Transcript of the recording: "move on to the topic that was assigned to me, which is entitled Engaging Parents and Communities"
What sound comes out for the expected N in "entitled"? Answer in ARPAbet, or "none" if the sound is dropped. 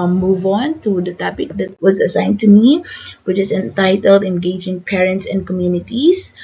N